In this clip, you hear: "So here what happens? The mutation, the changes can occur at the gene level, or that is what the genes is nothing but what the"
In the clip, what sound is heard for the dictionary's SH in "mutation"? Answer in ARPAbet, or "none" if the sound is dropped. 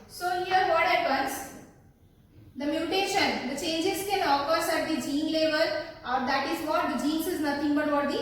SH